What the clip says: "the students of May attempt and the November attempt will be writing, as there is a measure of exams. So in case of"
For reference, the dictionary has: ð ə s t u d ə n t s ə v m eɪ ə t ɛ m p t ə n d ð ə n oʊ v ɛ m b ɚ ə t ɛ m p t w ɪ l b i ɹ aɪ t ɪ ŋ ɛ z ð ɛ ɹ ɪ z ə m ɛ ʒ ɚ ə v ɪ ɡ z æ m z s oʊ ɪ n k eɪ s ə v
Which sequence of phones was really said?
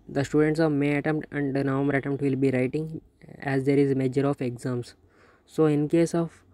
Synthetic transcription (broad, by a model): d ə s t u d ə n t s ə v m eɪ ə t ɛ m p t ə n d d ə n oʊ m ɚ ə t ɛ m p t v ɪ l b i ɹ aɪ t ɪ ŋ ɛ z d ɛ ɹ ɪ z m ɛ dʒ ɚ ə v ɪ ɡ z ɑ m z s oʊ ɪ n k eɪ s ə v